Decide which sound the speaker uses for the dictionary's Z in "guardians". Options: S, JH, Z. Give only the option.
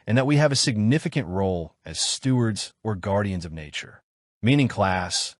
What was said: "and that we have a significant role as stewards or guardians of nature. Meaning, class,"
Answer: Z